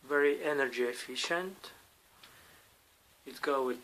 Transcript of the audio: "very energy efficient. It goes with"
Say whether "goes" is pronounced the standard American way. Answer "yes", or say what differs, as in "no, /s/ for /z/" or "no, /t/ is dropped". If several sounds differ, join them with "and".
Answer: no, /z/ is dropped